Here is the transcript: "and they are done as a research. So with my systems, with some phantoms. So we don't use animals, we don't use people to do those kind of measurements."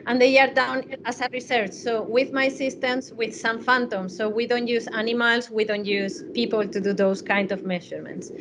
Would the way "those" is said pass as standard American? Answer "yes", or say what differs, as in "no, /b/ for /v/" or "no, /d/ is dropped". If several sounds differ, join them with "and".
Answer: no, /s/ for /z/